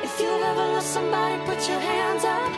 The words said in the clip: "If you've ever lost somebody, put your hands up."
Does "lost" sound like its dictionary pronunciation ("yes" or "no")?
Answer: no